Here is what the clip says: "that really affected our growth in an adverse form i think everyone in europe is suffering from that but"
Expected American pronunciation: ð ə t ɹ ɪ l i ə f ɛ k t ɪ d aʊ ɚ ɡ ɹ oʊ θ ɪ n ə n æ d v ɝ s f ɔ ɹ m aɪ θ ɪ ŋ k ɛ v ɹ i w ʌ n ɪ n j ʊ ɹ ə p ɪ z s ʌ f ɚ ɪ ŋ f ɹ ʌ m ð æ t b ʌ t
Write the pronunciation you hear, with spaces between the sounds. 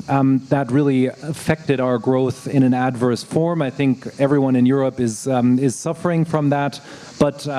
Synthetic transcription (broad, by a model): ð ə t ɹ ɪ l i ə f ɛ k t ɪ d aʊ ɚ ɡ ɹ oʊ θ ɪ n ə n æ d v ɝ s f ɔ ɹ m aɪ θ ɪ ŋ k ɛ v ɹ i w ʌ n ɪ n j ʊ ɹ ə p ɪ z s ʌ f ɚ ɪ ŋ f ɹ ʌ m ð æ t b ʌ t